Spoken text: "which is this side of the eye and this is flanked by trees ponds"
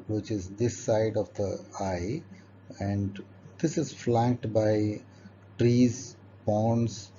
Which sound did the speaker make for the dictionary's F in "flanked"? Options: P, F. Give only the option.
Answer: F